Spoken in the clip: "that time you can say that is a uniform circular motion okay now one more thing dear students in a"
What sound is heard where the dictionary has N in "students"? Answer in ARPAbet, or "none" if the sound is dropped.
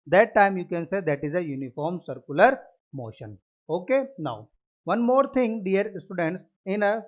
N